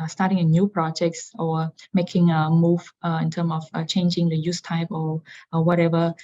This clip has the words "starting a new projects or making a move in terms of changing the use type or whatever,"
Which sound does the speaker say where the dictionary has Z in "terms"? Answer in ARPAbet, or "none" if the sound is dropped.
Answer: none